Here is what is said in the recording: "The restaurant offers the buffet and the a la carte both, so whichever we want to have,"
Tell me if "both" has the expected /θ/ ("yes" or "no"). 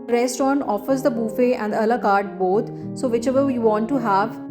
no